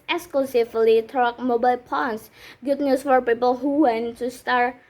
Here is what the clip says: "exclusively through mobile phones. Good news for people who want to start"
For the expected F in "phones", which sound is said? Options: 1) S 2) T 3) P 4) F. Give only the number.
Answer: 3